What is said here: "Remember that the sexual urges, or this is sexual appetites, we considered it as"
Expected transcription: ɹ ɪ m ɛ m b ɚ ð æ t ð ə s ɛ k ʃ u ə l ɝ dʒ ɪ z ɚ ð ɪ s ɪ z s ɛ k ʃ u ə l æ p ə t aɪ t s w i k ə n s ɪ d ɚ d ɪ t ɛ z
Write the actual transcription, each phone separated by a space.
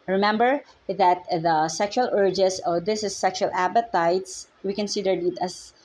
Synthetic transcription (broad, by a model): ɹ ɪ m ɛ m b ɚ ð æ t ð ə s ɛ k ʃ u ə l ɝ dʒ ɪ s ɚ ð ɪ s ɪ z s ɛ k ʃ u ə l æ p ə t aɪ t s w i k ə n s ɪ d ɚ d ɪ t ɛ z